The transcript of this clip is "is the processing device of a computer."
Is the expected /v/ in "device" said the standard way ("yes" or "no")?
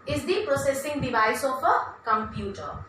no